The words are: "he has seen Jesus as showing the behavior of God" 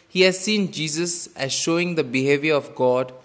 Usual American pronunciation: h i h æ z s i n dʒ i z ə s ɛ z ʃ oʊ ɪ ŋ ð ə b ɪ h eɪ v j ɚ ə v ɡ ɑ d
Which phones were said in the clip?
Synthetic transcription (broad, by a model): h i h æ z s i n dʒ i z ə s ɛ z ʃ oʊ ɪ ŋ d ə b ɪ h eɪ v j ɚ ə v ɡ ɑ d